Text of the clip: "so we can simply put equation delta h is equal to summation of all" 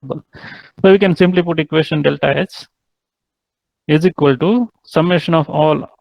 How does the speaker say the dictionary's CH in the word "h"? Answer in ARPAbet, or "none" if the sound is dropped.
S